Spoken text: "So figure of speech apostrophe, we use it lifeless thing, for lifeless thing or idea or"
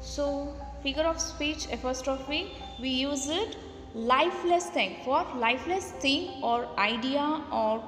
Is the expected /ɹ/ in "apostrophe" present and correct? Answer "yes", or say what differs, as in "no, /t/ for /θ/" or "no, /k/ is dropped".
no, /ɹ/ is dropped